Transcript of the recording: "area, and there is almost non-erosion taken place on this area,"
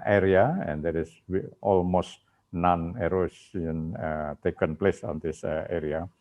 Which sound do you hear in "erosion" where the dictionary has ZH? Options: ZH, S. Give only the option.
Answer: S